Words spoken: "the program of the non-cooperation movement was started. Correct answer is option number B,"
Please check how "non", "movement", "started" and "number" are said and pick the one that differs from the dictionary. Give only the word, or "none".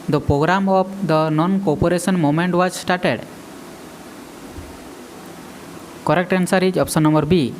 movement